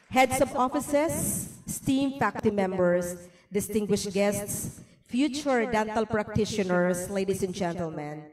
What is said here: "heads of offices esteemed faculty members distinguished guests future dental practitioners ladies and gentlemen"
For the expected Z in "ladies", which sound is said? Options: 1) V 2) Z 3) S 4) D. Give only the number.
3